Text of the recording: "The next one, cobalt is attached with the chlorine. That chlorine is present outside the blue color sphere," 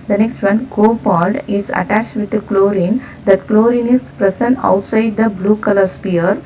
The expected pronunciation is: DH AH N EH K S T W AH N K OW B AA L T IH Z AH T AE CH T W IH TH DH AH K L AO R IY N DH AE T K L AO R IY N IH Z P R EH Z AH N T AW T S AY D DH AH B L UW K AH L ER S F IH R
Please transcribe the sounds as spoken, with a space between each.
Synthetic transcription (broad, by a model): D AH N EH K S T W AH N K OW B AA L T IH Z AH T AE CH T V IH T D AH K L AO R IY N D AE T K L AO R IY N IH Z P R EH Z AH N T AW T S AY D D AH B L UW K AH L ER S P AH R